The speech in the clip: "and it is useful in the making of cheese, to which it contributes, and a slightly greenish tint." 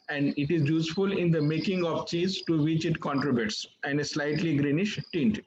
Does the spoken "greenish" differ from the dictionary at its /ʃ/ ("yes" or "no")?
no